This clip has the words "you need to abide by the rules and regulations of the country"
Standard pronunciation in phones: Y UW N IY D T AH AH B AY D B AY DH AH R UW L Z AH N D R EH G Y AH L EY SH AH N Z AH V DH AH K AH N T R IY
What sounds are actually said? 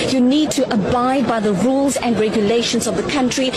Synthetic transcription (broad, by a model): Y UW N IY D T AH AH B AY D B AY DH AH R UW L Z AH N D R EH G Y AH L EY SH AH N Z AH V DH AH K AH N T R IY